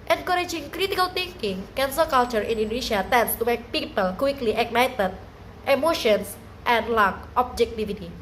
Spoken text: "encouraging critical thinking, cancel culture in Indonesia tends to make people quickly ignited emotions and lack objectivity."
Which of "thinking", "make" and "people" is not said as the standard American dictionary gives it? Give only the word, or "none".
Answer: thinking